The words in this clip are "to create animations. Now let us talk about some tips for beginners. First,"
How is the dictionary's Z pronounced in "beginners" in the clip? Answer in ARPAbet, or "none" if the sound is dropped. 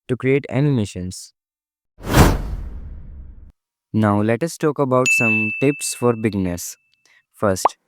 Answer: S